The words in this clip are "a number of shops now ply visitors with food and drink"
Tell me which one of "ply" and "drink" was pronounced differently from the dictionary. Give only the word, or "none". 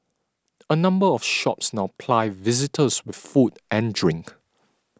none